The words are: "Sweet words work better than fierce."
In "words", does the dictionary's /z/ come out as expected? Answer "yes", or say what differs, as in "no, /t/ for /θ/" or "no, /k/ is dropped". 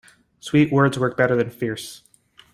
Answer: yes